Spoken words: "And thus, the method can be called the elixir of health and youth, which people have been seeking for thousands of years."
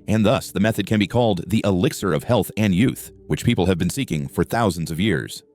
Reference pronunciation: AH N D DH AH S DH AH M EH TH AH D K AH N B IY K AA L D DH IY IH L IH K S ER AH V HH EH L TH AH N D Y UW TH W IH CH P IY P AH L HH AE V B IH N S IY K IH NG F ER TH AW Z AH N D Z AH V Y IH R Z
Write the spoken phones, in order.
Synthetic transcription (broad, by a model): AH N DH AH S DH AH M EH TH AH D K AH N B IY K AA L D DH IY IH L IH K S ER AH V HH EH L TH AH N Y UW TH W IH CH P IY P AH L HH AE V B IH N S IY K IH NG F ER TH AW Z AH N D Z AH V Y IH R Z